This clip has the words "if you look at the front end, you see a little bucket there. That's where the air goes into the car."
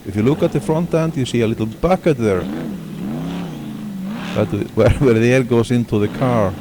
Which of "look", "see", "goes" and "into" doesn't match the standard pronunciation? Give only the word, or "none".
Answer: goes